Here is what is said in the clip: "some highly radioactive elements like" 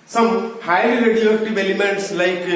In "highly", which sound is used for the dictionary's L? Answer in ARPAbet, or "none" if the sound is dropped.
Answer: none